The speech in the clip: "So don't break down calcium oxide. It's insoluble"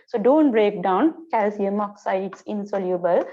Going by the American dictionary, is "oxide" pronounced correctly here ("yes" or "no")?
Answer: no